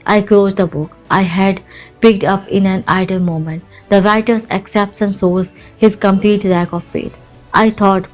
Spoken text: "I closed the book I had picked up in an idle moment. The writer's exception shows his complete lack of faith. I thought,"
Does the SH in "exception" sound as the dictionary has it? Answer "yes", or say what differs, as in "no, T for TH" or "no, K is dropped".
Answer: no, S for SH